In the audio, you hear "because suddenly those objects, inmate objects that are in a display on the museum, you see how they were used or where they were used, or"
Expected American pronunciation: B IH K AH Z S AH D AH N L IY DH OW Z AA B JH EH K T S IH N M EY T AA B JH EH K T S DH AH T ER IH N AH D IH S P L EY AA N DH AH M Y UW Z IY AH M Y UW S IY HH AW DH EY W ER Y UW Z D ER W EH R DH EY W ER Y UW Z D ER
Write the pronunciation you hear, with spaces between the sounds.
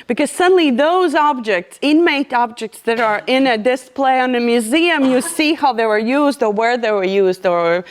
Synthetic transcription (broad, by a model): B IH K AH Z S AH D N L IY DH OW Z AA B JH EH K T S IH N M EY T AA B JH EH K T S DH AH T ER IH N AH D IH S P L EY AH N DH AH M Y UW Z IY AH M Y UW S IY HH AW DH EY W ER Y UW Z D ER W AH R DH EY W ER Y UW Z D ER